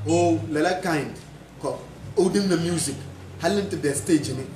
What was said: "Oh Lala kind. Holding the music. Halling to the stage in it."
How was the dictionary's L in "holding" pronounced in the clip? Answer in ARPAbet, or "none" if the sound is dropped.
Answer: none